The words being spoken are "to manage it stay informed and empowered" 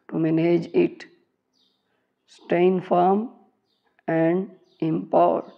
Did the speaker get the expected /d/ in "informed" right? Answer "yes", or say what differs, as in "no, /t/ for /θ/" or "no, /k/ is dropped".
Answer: no, /d/ is dropped